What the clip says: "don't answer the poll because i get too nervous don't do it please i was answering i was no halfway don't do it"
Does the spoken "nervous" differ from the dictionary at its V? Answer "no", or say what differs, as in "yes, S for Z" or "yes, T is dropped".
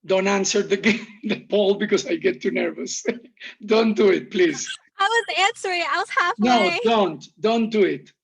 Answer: no